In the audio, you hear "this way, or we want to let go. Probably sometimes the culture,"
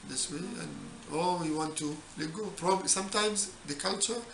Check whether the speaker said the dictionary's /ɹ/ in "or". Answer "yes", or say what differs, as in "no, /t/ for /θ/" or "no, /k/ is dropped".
no, /l/ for /ɹ/